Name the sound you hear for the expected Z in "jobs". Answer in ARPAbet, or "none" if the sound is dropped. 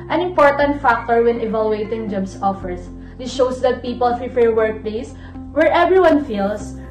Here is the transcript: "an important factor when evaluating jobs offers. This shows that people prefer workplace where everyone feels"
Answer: S